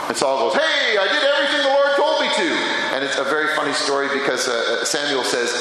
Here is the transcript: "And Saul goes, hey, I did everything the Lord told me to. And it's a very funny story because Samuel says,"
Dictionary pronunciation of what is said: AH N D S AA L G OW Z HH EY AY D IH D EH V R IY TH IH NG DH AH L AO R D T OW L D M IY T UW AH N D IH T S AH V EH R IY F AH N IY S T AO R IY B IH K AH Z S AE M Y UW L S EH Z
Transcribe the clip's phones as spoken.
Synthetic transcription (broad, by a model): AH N S AA L G OW Z HH EY AY D IH D EH V R IY TH IH NG DH AH W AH R D T OW L D M IY T UW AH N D IH T S AH V EH R IY F AH N IY S T AO R IY B IH K AH Z S AE M Y UW L S EH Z